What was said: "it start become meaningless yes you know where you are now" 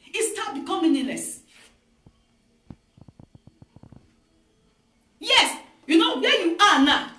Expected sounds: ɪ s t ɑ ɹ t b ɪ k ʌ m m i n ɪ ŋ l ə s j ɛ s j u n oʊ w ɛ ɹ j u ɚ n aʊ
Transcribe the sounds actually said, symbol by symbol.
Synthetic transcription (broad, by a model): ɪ s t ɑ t b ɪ k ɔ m m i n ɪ l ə s j ɛ s j u n oʊ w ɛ j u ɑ n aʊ